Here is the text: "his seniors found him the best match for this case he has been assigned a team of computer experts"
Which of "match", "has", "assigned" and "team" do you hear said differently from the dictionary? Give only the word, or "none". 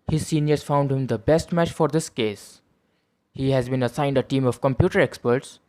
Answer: none